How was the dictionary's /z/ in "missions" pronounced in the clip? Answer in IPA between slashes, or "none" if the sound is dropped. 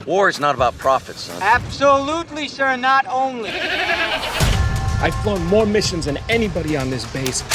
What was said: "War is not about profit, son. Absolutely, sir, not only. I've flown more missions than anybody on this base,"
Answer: /z/